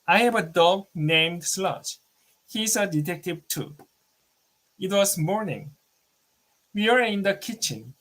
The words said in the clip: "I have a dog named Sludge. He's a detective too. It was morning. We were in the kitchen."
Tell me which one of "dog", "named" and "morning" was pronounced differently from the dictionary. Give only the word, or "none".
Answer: none